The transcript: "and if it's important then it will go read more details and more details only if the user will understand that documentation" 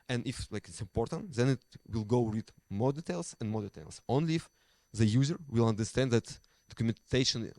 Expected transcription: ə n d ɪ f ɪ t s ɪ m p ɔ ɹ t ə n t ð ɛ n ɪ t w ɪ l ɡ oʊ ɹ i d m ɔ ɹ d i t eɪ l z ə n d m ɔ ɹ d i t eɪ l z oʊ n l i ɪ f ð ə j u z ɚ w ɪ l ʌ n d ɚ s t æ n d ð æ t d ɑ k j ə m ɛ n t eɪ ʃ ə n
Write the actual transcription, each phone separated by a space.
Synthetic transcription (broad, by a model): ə n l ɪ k ɪ t s ɪ m p ɔ ɹ t ə n t ð ɛ n ɪ t w ɪ l ɡ oʊ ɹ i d m ɔ ɹ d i t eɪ l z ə n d m ɔ ɹ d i t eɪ l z oʊ n l i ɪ f ð ə j u z ɚ w ɪ l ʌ n d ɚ s t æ n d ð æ t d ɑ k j m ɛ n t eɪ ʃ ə n